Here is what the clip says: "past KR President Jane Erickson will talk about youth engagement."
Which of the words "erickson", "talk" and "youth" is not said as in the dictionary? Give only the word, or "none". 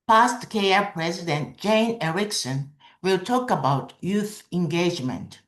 none